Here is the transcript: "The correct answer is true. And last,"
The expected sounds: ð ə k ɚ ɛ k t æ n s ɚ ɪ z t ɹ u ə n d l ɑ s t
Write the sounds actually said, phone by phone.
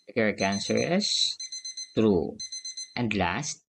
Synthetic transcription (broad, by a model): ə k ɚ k æ n s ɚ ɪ s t ɹ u ə n d l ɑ s t